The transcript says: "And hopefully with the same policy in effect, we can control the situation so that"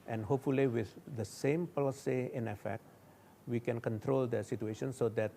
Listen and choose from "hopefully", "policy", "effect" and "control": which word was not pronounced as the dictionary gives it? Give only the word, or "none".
none